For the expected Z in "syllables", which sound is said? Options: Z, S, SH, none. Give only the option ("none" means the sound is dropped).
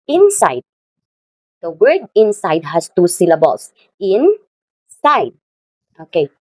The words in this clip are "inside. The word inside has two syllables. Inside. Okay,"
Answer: S